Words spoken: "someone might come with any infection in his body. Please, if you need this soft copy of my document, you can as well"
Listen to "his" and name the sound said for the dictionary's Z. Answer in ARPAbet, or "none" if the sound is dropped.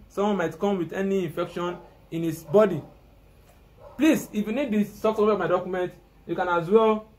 S